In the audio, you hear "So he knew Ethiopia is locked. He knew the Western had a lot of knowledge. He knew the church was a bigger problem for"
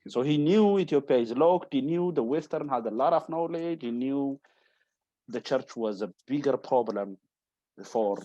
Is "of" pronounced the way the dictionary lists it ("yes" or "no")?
no